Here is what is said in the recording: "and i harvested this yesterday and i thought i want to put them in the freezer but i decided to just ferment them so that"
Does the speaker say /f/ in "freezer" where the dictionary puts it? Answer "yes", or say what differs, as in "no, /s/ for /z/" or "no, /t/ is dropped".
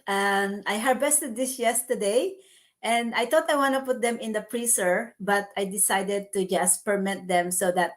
no, /p/ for /f/